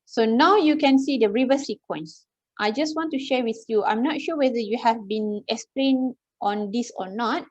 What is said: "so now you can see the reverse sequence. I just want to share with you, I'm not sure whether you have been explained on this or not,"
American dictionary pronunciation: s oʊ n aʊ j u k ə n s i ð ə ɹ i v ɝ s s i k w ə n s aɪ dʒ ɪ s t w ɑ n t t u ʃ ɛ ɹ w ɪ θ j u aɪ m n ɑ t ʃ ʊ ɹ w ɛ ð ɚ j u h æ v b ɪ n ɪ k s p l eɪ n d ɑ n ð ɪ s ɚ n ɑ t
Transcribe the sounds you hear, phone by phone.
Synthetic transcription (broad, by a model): s oʊ n aʊ j u k ə n s i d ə ɹ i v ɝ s s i k w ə n s aɪ dʒ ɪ s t w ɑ n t t u ʃ ɛ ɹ w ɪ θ j u aɪ m n ɑ t ʃ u w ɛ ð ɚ j u h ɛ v b ɪ n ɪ k s p l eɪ n ɑ n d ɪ s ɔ n ɑ t